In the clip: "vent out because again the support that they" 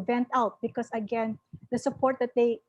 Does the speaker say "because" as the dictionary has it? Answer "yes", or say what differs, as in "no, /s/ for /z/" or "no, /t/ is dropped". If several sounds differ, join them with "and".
no, /s/ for /z/